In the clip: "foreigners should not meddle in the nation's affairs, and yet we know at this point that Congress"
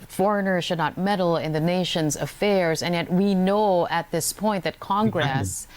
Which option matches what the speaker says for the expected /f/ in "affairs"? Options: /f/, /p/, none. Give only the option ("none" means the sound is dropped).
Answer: /f/